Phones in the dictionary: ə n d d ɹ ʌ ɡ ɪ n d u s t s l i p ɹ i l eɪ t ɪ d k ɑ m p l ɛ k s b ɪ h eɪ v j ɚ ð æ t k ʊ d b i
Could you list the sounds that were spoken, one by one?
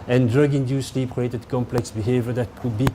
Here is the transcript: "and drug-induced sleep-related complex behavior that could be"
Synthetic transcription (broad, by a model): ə n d d ɹ ʌ ɡ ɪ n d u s s l i p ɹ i eɪ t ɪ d k ɑ m p l ɛ k s b ɪ h eɪ v j ɚ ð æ t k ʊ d b i